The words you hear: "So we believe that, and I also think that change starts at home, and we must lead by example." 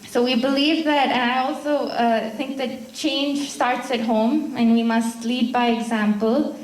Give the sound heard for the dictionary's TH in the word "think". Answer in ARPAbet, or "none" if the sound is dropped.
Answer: TH